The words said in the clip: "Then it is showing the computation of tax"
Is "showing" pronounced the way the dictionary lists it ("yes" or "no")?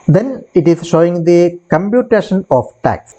yes